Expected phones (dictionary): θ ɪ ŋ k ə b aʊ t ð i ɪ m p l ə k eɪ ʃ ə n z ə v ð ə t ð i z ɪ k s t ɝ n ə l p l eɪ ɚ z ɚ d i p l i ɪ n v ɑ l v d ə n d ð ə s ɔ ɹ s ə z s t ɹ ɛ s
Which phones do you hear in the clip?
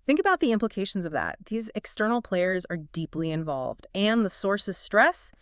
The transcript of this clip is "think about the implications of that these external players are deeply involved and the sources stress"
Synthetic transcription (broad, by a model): θ ɪ ŋ k ə b aʊ t ð i ɪ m p l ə k eɪ ʃ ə n z ə v ð ə t ð i z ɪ k s t ɝ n l p l eɪ ɚ z ɚ d i p l i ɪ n v ɑ l v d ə n ð ə s ɔ ɹ s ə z s t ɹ ɛ s